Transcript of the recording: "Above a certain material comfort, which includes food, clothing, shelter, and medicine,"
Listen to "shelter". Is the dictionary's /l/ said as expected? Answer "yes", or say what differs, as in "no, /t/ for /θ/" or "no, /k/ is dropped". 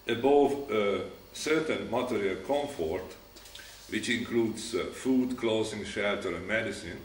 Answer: yes